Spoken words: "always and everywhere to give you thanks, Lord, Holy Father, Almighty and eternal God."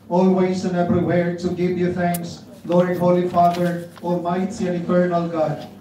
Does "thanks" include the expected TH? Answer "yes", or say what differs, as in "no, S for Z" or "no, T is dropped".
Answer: no, T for TH